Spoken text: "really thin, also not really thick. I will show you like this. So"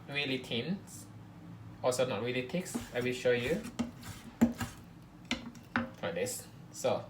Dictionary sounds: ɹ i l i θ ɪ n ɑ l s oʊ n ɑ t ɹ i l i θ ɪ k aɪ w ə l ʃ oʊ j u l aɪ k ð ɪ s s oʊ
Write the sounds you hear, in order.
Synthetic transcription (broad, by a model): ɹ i l i t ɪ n ɑ l s oʊ n ɑ t ɹ i l i t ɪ k aɪ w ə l ʃ oʊ j u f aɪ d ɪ s s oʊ